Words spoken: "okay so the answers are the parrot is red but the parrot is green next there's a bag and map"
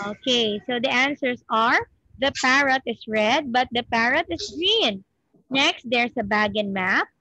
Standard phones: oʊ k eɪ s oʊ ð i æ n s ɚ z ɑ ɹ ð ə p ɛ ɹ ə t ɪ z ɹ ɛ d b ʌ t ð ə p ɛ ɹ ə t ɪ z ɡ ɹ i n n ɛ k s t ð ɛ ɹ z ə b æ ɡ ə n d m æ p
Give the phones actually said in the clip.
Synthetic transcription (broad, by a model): oʊ k eɪ s oʊ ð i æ n s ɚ s ɑ ɹ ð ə p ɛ ɹ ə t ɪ s ɹ ɛ d b ʌ t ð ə p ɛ ɹ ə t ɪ s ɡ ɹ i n n ɛ k s t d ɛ ɹ s ə b æ ɡ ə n m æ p